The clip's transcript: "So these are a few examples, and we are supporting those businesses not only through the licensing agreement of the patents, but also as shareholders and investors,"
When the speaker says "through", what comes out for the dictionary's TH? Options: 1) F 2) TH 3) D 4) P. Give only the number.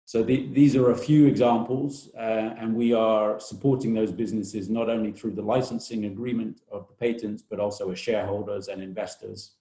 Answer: 2